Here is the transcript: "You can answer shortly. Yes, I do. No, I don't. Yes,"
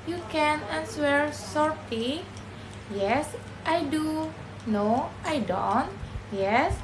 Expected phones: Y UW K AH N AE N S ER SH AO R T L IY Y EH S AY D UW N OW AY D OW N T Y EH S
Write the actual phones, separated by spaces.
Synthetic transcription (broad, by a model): Y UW K AH N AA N S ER S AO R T IY Y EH S AY D UW N OW AY D OW N T Y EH S